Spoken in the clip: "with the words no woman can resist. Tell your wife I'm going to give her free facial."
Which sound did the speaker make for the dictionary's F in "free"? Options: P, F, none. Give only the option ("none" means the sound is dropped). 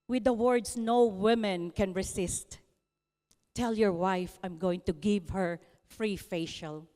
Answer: F